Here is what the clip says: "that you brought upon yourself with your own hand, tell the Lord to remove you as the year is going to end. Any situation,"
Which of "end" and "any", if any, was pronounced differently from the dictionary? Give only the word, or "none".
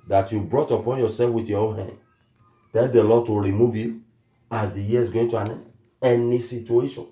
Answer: end